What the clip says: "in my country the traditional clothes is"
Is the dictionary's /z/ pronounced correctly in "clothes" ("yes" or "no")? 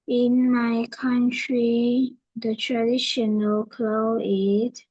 no